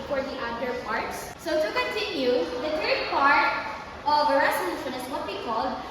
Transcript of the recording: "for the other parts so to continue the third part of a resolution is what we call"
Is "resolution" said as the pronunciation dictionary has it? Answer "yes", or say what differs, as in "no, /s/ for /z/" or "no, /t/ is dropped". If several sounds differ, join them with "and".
no, /n/ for /l/